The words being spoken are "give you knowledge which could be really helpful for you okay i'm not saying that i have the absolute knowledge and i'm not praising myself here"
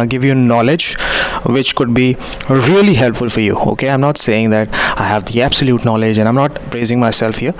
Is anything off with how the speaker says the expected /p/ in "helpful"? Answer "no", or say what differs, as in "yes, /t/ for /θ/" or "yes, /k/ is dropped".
no